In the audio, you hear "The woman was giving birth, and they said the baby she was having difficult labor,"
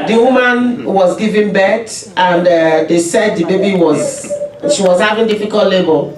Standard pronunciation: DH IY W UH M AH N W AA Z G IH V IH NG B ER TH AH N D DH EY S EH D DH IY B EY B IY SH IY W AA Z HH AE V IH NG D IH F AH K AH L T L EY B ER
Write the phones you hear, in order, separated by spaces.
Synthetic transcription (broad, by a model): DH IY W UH M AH N W AA Z G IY V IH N B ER T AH N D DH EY S EH D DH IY B EY B IY SH IY W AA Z HH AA V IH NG D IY F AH K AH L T L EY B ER